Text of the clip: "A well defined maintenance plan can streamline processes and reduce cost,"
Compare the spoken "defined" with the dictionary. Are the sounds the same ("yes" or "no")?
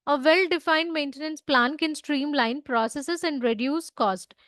yes